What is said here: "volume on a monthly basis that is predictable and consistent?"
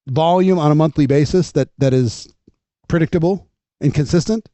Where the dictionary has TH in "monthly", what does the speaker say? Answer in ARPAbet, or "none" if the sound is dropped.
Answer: TH